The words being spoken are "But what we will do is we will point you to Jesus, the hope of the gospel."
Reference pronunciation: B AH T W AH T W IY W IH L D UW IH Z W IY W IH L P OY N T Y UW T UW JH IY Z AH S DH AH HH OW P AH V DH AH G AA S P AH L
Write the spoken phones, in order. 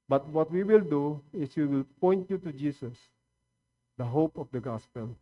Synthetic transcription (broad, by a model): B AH T W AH T W IY W IH L D UW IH S W IY W IH L P OY N T Y UW T UW JH IY S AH S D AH HH OW P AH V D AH G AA S P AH L